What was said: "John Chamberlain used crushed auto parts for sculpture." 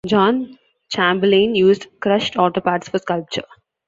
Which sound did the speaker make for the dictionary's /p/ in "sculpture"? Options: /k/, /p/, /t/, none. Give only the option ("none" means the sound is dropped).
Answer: /p/